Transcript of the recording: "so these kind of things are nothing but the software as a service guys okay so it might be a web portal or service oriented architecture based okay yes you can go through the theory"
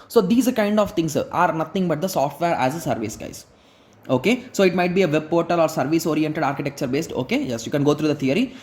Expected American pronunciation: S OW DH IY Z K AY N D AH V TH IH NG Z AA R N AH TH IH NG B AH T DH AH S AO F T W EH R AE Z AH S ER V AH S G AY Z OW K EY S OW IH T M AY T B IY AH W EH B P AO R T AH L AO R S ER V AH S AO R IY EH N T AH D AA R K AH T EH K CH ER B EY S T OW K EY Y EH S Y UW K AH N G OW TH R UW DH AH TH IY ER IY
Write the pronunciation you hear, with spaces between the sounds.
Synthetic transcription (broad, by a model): S OW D IY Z K AY N D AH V T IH NG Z AA R N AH T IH NG B AH T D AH S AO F T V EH R AE Z AH S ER V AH S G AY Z OW K EY S OW IH T M AY T B IY AH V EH B P AO R T AH L AO R S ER V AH S AO R IY EH N T AH D AA R K AH T EH K CH ER B EY S T OW K EY Y EH S Y UW K AH N G OW T R UW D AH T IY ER IY